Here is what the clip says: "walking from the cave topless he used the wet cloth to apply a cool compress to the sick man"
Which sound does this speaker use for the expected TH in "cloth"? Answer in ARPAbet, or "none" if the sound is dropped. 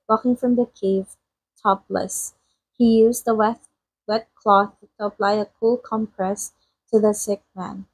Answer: TH